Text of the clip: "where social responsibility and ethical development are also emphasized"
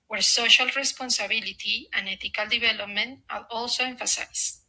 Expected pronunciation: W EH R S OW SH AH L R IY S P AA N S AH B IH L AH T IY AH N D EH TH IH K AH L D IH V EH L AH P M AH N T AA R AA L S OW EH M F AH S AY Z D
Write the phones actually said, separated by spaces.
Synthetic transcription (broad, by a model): W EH R S OW SH AH L R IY S P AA N S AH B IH L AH T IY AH N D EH T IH K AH L D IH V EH L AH P M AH N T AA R AA L S OW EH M F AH S AY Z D